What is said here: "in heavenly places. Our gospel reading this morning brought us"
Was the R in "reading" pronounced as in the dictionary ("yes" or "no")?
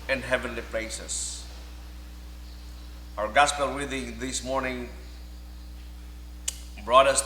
no